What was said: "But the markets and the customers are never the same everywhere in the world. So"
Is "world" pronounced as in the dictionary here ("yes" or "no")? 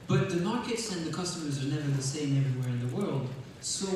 yes